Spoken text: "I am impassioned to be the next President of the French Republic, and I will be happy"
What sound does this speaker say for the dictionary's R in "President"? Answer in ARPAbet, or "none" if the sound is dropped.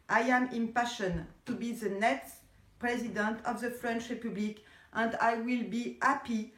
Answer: R